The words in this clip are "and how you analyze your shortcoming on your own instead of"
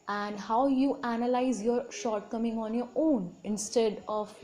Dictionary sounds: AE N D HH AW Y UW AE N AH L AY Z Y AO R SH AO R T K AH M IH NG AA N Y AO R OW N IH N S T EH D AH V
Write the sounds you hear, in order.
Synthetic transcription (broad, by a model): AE N D HH AW Y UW AE N AH L AY Z Y AO R SH AO R T K AH M IH NG AA N Y AO R OW N IH N S T EH D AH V